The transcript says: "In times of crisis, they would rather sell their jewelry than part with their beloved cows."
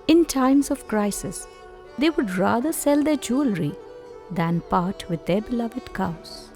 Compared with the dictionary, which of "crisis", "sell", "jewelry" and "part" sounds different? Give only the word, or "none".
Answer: none